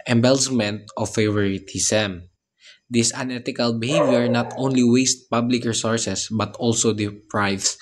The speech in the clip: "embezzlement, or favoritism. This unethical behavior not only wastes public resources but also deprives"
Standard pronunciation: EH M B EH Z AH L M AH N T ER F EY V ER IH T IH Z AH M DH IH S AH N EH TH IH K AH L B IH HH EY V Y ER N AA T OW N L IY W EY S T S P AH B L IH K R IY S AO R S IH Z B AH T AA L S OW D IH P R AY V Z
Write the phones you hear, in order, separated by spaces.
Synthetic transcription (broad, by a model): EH M B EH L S M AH N T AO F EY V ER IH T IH S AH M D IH S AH N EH T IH K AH L B IH HH EY V Y ER N AA T OW N L IY W EY S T P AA B L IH K R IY S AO R S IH S B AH T AA L S OW D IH P R AY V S